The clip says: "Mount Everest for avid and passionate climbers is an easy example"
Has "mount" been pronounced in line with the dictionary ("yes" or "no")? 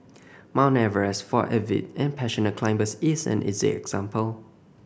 no